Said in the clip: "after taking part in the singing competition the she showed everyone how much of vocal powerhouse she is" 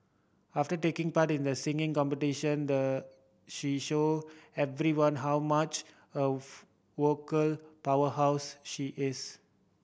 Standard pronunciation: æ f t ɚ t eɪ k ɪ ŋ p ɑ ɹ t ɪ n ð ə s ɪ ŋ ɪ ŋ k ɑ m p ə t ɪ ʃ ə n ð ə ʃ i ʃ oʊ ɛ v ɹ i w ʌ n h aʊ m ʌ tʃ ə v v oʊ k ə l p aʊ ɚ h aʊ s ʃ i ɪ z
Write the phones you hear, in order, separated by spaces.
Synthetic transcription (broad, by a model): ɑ f t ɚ t eɪ k ɪ ŋ p ɑ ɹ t ɪ n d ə s ɪ ŋ ɪ ŋ k ɑ m p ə t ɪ ʃ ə n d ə ʃ i ʃ oʊ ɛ v ɹ i w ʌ n h aʊ m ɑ tʃ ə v w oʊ k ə l p aʊ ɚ h aʊ s ʃ i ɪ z